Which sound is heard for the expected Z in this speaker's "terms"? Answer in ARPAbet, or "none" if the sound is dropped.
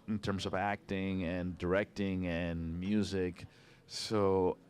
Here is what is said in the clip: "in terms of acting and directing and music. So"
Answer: Z